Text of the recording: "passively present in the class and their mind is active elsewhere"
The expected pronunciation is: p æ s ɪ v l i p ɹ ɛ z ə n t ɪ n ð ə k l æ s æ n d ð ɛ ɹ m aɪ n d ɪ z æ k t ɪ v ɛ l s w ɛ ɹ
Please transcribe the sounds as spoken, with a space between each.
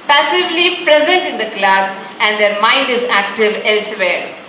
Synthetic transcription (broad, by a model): p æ s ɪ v l i p ɹ ɛ z ə n t ɪ n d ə k l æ s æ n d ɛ ɹ m aɪ n d ɪ z æ k t ɪ v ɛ l s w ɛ ɹ